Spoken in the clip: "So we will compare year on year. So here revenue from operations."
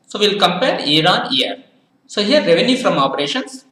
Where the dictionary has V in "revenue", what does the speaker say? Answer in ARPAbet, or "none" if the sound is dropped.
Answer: V